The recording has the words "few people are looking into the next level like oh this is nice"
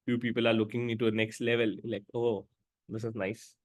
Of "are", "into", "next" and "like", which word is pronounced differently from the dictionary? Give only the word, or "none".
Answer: into